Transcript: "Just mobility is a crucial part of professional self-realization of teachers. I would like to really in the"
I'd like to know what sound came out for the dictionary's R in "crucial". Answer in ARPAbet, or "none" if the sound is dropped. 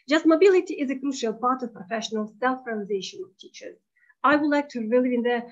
R